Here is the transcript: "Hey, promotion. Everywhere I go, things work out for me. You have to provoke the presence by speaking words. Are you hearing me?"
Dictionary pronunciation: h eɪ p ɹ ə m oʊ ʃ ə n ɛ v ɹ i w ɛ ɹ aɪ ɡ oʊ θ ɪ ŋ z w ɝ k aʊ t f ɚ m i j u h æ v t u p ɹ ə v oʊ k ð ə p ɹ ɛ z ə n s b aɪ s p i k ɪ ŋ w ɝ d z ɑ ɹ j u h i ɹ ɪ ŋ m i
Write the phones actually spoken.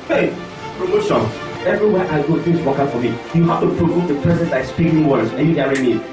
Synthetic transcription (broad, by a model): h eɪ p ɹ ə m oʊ s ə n ɛ v ɹ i w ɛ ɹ aɪ ɡ oʊ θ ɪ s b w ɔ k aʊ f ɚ m i j u h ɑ f t u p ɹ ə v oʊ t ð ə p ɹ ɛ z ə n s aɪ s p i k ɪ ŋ w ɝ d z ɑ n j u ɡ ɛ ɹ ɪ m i